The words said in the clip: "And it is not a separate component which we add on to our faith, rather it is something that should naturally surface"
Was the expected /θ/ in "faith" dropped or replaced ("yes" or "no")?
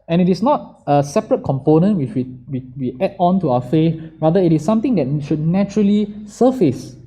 yes